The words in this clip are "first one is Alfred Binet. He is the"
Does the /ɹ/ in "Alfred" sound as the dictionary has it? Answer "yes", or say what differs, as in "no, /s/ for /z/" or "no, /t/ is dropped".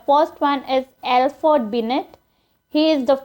no, /ɹ/ is dropped